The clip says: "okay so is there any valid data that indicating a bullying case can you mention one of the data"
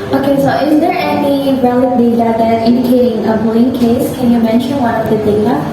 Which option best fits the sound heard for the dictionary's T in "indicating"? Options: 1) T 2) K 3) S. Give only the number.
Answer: 1